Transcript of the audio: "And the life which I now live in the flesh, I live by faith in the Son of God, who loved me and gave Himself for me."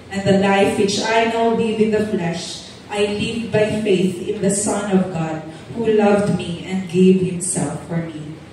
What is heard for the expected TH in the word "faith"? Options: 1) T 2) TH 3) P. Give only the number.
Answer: 2